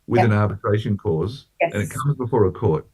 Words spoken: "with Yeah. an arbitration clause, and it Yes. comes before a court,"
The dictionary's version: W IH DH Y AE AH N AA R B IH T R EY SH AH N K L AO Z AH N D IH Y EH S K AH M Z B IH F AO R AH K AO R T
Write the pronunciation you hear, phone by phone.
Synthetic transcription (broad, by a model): W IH DH AH N AA R B IH T R EY SH AH N K AO Z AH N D IH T K AH M Z B IH F AO R AH K AO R T